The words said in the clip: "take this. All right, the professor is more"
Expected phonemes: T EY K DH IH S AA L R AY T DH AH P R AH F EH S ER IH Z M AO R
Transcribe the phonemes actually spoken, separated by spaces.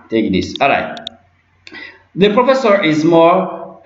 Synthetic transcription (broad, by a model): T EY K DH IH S AA L R AY T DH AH P R AH F EH S ER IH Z M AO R